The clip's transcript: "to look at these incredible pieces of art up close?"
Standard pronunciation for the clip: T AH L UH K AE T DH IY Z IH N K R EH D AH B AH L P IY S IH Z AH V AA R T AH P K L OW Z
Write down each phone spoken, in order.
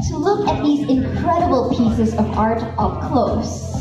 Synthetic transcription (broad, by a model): T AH L UH K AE T DH IY Z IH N K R EH D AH B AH L P IY S IH Z AH V AA R T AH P K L OW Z